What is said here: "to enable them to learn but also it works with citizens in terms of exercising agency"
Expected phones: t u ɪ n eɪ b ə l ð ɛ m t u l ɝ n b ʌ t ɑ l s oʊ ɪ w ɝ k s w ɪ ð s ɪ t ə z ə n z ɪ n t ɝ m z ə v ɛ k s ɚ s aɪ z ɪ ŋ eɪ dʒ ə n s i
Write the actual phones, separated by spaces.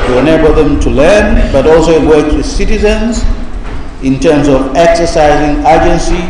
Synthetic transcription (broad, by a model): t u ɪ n eɪ b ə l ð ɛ m t u l ɝ n b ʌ t ɑ l s oʊ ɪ w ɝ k w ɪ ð s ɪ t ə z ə n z ɪ n t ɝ m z ə v ɛ k s ɚ s aɪ z ɪ ŋ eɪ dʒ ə n s i